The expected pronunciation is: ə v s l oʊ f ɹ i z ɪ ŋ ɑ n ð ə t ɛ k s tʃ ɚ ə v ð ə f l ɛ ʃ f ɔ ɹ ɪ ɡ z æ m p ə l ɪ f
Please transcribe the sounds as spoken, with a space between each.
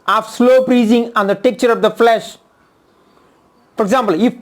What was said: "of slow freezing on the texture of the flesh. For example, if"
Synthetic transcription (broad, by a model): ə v s l oʊ p ɹ i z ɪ ŋ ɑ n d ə t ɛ k tʃ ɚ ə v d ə f l ɛ ʃ f ɔ ɹ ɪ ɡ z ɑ m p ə l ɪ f